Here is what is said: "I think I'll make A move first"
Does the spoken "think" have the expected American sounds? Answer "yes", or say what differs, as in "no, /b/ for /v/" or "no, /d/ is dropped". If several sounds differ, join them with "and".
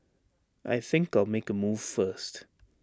yes